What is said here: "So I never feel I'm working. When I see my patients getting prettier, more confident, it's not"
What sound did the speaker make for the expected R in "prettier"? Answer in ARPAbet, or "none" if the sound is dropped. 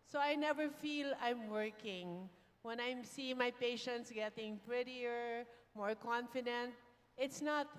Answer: R